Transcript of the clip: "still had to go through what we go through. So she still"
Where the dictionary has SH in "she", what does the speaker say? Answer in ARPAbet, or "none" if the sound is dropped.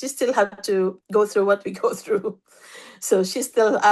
SH